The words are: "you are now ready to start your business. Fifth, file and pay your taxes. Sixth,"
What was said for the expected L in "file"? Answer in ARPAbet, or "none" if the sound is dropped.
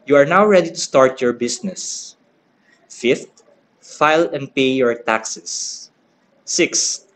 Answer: L